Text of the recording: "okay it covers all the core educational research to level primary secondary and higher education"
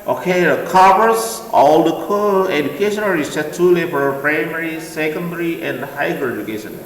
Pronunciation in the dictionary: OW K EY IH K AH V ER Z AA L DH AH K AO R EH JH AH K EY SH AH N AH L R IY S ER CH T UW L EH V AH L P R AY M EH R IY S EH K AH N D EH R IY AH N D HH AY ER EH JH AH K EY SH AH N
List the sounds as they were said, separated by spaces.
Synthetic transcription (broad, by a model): OW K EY IH K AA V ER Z AA L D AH K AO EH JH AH K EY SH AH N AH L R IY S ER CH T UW L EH F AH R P R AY M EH R IY S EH K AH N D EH R IY AH N D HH AY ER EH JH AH K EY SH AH N